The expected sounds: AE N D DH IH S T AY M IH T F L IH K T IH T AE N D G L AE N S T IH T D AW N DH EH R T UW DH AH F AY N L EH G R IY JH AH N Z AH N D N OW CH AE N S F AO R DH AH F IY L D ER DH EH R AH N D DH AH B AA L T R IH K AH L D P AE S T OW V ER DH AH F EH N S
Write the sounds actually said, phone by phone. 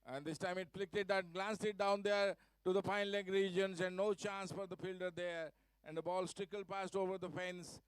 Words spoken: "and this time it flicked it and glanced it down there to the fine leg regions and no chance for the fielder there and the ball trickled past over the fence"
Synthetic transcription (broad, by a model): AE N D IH S T AY M IH T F L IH K T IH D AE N G L AE N S T IH T D AW N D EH R T UW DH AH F AY N L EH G R IY JH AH N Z AH N D N OW CH AE N S F AO R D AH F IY L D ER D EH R AH N D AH B AA L T R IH K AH L P AE S T OW V ER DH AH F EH N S